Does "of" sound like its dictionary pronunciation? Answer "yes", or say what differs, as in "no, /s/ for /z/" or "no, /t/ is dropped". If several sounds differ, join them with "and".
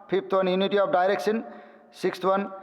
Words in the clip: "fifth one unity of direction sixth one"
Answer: no, /p/ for /v/